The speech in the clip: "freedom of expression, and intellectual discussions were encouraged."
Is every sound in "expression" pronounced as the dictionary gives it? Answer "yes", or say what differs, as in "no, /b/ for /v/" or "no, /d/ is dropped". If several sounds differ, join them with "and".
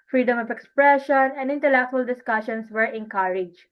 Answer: yes